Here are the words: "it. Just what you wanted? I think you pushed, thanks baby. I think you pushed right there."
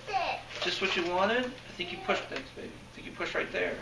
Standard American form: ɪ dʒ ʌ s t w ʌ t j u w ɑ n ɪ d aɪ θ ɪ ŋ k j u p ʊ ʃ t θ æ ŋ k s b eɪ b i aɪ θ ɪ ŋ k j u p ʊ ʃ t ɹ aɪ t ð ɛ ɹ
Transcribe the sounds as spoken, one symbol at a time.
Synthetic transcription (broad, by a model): dʒ ʌ s t w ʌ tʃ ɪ w ɑ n ɪ d aɪ θ ɪ ŋ k j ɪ p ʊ ʃ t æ k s b eɪ b i aɪ θ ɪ ŋ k j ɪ p ʊ ʃ t ɹ aɪ t ð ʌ ɹ